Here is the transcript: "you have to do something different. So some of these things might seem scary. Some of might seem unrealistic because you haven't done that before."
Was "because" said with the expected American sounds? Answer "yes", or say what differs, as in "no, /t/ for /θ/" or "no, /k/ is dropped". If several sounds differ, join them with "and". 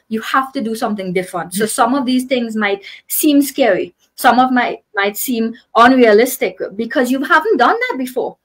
yes